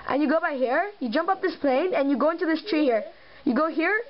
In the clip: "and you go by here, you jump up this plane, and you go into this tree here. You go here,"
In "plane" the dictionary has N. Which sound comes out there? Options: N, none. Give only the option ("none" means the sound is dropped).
N